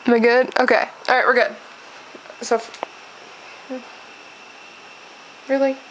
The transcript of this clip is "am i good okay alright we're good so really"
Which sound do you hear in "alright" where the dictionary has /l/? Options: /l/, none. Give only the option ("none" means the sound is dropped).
none